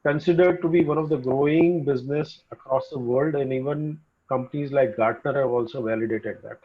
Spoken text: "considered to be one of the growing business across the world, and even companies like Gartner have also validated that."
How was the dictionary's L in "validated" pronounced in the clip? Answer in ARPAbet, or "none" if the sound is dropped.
L